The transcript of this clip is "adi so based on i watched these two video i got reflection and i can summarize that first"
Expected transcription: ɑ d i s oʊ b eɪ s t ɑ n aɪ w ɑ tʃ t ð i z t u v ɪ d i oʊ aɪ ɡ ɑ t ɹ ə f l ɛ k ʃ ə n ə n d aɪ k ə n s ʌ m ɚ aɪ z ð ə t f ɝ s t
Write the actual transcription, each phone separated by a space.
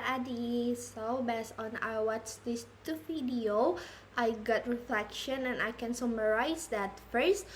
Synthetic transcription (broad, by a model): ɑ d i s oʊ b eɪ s ɑ n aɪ w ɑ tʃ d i s t u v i d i oʊ aɪ ɡ ɑ t ɹ ə f l ɛ k ʃ ə n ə n aɪ k ə n s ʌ m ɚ aɪ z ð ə t f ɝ s t